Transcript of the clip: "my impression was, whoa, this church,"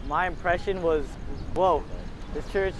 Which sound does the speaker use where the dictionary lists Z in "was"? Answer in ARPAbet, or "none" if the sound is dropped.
Z